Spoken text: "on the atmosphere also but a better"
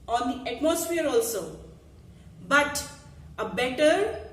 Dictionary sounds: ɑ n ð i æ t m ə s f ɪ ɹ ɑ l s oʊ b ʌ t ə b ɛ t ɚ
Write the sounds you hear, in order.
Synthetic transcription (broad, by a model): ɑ n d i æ t m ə s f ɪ ɹ ɑ l s oʊ b ʌ t ə b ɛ t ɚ